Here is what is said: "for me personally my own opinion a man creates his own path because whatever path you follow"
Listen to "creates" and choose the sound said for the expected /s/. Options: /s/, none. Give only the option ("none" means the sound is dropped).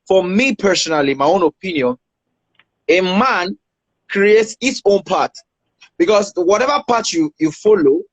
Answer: /s/